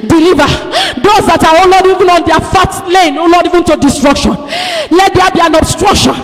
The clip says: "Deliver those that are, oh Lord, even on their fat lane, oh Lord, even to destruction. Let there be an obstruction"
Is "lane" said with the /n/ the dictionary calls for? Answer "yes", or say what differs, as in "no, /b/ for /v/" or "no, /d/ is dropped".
yes